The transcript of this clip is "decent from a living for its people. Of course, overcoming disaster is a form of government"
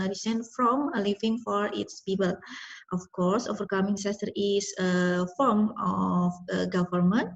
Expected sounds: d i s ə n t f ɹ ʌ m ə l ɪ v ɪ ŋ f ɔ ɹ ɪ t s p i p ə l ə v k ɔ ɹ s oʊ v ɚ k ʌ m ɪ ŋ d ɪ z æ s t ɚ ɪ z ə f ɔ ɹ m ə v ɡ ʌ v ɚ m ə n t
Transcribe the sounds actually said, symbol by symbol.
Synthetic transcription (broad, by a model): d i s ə n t f ɹ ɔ m ə l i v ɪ ŋ f ɔ ɹ ɪ t s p i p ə l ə f k ɔ ɹ s oʊ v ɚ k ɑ m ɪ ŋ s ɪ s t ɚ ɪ s ə f ɔ ɹ m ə f ɡ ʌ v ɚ m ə n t